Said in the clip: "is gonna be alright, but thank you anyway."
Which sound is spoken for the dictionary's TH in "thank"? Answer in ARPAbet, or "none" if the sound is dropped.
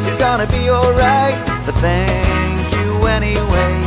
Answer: TH